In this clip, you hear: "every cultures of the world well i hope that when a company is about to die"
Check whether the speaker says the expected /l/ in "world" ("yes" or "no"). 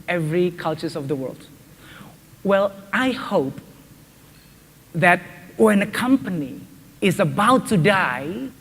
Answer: yes